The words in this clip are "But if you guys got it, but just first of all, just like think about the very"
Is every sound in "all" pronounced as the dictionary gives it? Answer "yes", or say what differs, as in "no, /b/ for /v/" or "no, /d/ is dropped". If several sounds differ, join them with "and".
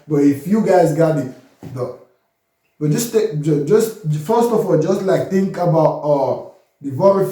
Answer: yes